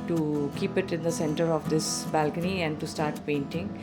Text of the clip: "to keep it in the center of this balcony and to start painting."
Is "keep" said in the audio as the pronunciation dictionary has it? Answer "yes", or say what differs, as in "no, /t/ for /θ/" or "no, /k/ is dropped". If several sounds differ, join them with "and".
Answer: yes